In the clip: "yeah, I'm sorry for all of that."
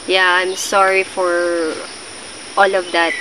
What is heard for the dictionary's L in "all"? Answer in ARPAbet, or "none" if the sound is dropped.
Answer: L